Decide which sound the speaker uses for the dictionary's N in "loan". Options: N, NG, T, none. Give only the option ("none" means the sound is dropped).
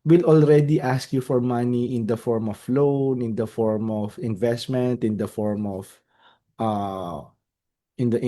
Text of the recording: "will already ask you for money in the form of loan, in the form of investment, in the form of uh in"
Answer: N